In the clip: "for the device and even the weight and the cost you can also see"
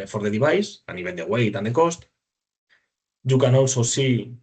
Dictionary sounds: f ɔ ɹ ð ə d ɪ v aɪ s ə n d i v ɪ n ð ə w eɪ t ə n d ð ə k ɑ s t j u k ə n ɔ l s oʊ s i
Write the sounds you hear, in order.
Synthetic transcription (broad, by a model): f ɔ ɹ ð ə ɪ b aɪ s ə n i b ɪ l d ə w eɪ t ə n d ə k ɑ s t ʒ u k ə n ɔ l s oʊ s i